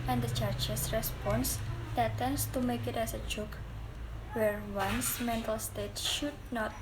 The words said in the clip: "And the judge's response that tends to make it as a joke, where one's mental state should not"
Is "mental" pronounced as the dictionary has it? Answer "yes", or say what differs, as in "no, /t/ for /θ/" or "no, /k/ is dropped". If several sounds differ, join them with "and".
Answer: yes